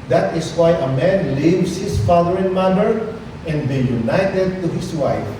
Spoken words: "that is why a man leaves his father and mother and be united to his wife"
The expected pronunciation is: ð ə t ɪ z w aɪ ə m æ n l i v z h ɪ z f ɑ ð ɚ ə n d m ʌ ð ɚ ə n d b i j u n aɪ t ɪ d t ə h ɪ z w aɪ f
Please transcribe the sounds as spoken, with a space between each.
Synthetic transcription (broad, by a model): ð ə t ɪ s w aɪ ə m æ n l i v s h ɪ s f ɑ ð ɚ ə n m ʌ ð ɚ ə n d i j u n aɪ t ɪ d t ə h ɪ s w aɪ f